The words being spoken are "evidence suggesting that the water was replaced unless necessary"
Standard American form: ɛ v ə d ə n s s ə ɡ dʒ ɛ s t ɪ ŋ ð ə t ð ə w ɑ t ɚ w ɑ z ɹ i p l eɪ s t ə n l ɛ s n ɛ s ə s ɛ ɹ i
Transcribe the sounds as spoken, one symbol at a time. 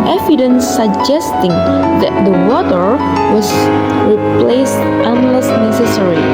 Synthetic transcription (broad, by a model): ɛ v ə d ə n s s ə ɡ dʒ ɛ s t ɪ ŋ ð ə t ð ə w ɑ t ɚ w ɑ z ɹ i p l eɪ s t ə n l ɛ s n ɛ s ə s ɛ ɹ i